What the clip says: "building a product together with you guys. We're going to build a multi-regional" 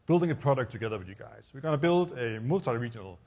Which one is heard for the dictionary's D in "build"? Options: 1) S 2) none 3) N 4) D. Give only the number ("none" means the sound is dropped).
4